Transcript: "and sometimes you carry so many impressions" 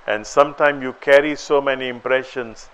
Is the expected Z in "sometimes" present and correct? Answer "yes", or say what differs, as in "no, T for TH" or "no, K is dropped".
no, Z is dropped